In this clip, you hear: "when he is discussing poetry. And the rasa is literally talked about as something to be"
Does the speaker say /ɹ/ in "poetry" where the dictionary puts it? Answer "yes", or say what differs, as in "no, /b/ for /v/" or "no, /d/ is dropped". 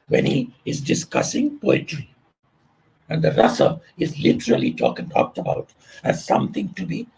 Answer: yes